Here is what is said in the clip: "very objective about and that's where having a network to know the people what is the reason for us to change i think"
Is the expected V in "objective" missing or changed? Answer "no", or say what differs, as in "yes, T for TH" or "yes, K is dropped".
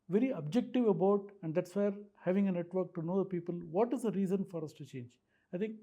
no